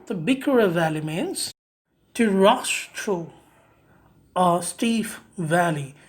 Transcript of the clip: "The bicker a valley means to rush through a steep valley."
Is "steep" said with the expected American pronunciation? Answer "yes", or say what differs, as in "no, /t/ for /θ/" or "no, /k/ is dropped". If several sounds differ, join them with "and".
no, /f/ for /p/